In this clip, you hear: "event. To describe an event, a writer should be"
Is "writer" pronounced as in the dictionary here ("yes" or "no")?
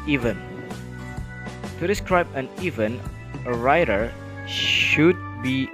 yes